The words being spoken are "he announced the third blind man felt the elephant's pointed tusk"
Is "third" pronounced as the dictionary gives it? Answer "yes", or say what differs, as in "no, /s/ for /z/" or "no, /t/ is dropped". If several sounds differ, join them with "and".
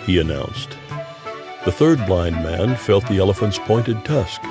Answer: yes